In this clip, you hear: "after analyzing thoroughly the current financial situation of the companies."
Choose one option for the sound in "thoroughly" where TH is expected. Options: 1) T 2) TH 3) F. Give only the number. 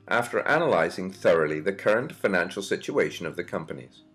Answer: 2